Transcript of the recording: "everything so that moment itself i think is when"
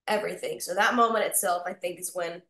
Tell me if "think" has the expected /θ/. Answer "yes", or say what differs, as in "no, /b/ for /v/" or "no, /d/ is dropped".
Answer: yes